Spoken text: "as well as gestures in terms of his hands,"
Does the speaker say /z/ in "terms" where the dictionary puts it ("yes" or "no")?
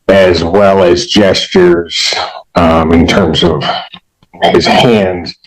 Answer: yes